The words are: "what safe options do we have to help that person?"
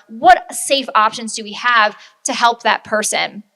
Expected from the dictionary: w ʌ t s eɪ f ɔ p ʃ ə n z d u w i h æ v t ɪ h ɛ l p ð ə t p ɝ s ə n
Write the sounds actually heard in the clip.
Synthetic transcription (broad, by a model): w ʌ t s eɪ f ɔ p ʃ ə n z d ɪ w i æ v t ɪ h ɛ l p ð ə t p ɝ s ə n